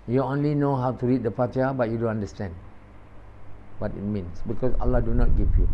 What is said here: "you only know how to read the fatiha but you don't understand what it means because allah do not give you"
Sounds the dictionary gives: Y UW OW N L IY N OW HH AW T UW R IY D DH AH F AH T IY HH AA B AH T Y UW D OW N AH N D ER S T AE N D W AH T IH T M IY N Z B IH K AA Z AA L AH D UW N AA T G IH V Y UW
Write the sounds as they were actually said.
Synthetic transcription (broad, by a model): Y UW OW N L IY N OW HH AW T UW R IY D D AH P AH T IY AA B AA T Y UW D OW N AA N D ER S T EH N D W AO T IH T M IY N S B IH K AA S AA L AH D UW N AA T G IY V Y UW